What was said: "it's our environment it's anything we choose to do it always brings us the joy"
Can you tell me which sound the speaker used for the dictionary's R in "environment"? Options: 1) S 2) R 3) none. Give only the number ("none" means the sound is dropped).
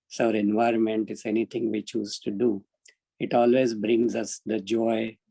2